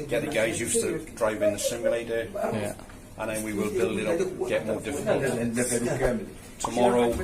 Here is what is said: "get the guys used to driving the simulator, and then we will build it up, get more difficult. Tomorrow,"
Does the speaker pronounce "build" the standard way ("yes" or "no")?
no